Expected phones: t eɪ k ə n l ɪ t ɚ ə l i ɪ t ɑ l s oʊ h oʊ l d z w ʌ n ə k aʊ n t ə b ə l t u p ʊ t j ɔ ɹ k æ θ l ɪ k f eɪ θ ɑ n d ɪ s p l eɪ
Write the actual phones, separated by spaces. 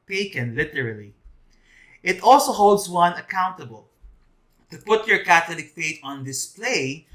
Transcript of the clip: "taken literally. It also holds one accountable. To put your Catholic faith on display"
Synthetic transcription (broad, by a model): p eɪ k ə n l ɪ t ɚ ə l i ɪ t ɑ l s oʊ h oʊ l d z w ʌ n ə k aʊ n t ə b ə l t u p ʊ t j ɔ ɹ k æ t l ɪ k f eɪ t ɑ n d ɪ s p l eɪ